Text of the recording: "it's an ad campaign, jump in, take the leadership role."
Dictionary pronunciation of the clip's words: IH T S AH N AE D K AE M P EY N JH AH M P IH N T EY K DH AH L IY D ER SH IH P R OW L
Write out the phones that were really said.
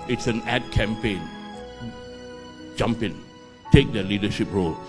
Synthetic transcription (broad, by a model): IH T S AH N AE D K AE M P EY N JH AH M P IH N T EY K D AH L IY D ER SH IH P R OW L